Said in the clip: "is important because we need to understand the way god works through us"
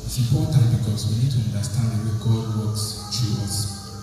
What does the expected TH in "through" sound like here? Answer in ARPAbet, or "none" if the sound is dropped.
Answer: T